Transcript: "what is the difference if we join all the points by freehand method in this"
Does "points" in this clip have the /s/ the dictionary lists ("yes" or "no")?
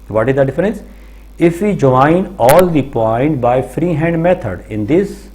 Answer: no